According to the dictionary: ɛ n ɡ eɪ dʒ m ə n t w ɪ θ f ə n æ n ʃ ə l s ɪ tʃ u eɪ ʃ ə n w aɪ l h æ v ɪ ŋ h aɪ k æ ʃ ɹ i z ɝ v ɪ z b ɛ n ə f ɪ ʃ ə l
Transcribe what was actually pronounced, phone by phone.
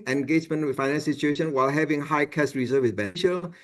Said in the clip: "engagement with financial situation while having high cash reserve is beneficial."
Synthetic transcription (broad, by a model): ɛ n ɡ eɪ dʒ m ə n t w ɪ f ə ɪ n ə n s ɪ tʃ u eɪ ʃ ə n w aɪ l h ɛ v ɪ ŋ h aɪ k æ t ɹ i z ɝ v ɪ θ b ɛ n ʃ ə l